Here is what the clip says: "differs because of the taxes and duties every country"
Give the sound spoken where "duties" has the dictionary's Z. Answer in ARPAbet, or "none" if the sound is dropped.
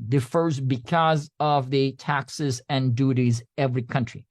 Z